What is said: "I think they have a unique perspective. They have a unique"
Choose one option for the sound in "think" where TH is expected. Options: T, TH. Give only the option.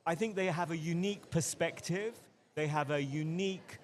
TH